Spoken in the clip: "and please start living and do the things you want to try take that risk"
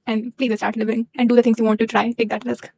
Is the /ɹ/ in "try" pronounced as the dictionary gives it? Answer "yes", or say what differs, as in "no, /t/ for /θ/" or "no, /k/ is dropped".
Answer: yes